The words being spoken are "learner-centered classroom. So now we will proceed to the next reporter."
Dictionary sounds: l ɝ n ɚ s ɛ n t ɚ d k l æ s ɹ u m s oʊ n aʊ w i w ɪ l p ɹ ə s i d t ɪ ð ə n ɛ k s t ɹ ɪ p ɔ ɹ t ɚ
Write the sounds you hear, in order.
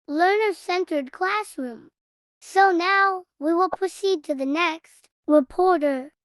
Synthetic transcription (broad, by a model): l ɝ n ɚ s ɛ n t ɚ d k l æ s ɹ u m s oʊ n aʊ w i w ɪ l p ɹ ə s i d t ɪ ð ə n ɛ k s t ɹ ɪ p ɔ ɹ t ɚ